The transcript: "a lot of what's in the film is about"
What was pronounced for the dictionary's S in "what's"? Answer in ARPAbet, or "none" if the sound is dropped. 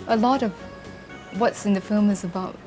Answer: S